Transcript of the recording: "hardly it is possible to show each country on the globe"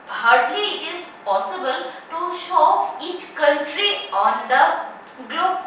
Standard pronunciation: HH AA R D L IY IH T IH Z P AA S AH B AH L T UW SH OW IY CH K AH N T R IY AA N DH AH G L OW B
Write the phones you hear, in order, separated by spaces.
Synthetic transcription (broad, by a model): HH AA R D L IY IH T IH Z P AA S AH B AH L T UW SH OW IY CH K AH N T R IY AA N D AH G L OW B